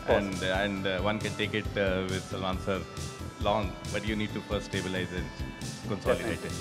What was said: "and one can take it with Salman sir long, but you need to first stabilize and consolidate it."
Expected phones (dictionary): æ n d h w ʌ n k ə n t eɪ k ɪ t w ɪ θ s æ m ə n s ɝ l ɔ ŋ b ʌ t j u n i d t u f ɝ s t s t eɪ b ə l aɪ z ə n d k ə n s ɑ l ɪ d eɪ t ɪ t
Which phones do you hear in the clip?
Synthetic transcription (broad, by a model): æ n d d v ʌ n k ə n t eɪ k ɪ t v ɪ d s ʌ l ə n s ɝ l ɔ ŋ b ʌ t j u n i d t u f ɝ t s t eɪ b ə l aɪ z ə n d k ə n s ɑ l ɪ d eɪ t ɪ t